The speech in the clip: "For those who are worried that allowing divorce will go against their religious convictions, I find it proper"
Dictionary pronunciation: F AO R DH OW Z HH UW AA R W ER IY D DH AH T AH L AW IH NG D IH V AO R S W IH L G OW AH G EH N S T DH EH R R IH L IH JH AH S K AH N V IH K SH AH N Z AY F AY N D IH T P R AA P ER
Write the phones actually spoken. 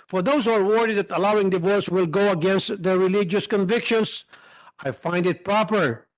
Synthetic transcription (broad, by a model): F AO R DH OW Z HH UW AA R W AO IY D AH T AH L AW IH NG D IH V AO R S W IH L G OW AH G EH N S T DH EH R R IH L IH JH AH S K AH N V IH K SH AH N S AY F AY N D IH T P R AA P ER